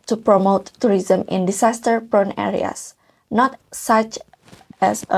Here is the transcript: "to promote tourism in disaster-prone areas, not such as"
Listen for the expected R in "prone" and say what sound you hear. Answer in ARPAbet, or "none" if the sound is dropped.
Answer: R